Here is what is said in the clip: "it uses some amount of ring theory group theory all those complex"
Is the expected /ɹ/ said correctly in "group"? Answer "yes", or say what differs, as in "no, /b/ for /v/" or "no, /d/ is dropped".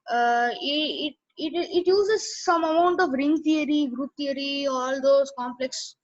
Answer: yes